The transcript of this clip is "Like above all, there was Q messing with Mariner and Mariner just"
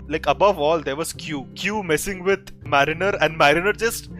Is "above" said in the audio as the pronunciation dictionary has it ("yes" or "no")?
yes